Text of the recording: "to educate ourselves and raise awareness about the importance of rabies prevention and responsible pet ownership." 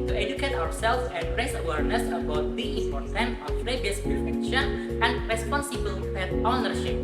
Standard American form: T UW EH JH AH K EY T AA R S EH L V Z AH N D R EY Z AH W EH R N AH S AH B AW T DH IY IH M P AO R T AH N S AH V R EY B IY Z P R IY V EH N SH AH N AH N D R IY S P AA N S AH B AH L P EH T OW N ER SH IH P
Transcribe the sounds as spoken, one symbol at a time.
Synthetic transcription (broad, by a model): T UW EH JH AH K EY T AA W S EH L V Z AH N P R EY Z AH W EH R N AH S AH B AW T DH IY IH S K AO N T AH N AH P R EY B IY S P IY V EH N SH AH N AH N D R IY S P AA N S AH B AH L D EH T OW N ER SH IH P